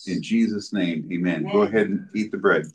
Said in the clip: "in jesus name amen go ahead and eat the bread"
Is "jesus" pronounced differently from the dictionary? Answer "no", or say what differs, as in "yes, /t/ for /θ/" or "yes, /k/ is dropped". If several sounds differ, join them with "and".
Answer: no